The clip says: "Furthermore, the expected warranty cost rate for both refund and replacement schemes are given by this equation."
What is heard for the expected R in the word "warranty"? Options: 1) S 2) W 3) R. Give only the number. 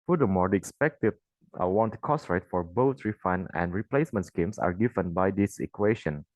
2